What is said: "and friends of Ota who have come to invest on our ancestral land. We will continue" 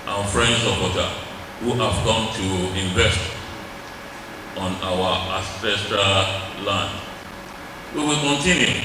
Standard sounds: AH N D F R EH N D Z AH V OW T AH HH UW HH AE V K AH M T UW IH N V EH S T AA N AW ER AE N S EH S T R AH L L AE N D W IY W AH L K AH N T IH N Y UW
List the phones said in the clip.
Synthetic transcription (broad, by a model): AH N F R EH N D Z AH P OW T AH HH UW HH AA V K AH M T UW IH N V EH S T AA N AW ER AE S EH S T R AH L L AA N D W IY W AH L K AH N T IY N Y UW